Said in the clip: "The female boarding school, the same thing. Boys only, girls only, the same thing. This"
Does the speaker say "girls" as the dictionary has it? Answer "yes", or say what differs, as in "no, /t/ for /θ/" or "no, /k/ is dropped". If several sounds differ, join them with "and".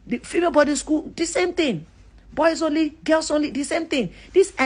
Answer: no, /s/ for /z/